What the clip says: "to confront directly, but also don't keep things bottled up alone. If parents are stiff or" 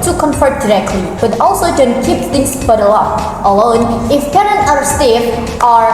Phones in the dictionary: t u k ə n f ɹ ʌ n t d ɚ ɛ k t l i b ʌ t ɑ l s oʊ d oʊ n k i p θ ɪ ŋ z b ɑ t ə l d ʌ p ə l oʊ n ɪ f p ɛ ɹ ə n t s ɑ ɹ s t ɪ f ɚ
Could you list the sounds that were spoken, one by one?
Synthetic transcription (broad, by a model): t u k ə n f ʌ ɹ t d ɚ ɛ k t l i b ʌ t ɑ l s oʊ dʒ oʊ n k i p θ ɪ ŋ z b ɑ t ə l ʌ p ə l oʊ n ɪ f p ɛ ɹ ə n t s ɑ ɹ s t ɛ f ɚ